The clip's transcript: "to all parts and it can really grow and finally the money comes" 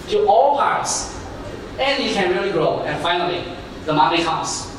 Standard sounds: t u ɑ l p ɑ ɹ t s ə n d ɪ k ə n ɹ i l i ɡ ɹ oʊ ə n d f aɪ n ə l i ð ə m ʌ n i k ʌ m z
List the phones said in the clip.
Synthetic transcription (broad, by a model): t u ɑ l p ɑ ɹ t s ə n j ɪ k ə n ɹ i l i ɡ ɹ oʊ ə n f aɪ n ə l i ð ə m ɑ l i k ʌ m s